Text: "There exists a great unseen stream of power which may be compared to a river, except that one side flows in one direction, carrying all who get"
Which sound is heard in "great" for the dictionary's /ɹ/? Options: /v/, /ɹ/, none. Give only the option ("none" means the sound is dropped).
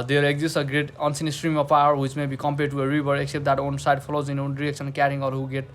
/ɹ/